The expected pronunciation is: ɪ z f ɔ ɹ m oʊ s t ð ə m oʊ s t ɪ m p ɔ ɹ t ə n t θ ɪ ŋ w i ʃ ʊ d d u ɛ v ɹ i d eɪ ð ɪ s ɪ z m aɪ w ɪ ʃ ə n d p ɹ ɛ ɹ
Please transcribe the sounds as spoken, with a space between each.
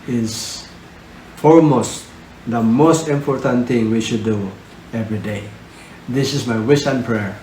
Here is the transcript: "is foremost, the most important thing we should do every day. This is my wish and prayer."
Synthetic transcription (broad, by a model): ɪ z f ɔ ɹ m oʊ s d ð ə m oʊ s t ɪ m p ɔ ɹ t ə n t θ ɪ ŋ w i ʃ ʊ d d u ɛ v ɹ i d eɪ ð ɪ s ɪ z m aɪ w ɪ s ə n p ɹ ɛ ɹ